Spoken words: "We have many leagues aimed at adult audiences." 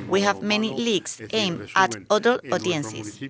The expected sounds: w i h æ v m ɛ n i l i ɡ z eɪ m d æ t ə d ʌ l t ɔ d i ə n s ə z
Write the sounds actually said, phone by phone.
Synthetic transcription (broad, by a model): w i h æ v m ɛ n i l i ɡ s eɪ m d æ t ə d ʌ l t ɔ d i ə n s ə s